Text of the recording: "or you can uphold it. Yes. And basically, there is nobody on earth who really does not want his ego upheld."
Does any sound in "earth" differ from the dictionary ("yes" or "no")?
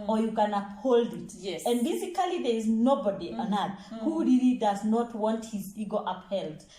yes